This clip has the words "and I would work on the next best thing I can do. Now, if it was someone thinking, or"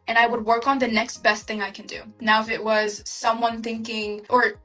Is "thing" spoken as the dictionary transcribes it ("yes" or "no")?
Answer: yes